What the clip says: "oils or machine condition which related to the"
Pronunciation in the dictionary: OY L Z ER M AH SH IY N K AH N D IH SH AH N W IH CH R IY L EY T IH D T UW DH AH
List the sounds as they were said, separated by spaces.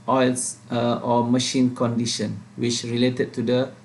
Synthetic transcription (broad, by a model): OY L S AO M AH SH IY N K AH N D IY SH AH N W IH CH R IY L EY T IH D T UW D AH